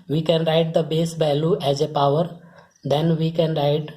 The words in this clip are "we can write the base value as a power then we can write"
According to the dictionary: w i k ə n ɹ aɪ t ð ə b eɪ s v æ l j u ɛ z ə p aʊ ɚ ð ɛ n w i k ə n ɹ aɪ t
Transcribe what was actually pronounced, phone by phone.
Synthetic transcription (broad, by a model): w i k ə n ɹ aɪ t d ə b eɪ s b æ l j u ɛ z ə p aʊ ɚ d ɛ n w i k ə n ɹ aɪ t